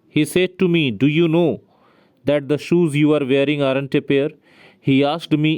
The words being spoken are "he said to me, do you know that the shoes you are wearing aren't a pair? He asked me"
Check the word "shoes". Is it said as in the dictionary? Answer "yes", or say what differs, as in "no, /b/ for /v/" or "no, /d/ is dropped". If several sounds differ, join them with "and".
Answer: yes